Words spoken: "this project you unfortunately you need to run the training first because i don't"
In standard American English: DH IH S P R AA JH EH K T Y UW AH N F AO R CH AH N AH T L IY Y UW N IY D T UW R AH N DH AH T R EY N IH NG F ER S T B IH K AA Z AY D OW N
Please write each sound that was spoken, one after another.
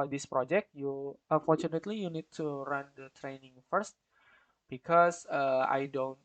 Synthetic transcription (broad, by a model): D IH S P R AA JH EH K T Y UW AH N F AO R CH AH N AH T L IY Y UW N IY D T UW R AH N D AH T R EY N IH NG F ER S T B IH K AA S AY D OW N